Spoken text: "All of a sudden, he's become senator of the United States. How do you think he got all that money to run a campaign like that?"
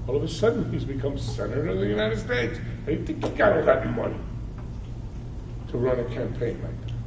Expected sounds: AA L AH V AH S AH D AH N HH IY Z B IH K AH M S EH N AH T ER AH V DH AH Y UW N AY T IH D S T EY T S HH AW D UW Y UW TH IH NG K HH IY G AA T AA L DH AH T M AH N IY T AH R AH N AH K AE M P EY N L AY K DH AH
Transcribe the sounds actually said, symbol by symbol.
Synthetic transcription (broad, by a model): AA L AH V AH S AH D N HH IY Z B IH K AH M S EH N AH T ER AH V DH AH Y UW N AY T IH D S T EY T S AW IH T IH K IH K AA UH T AA L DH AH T M AH N IY T AH R AH N AH K AE M P EY N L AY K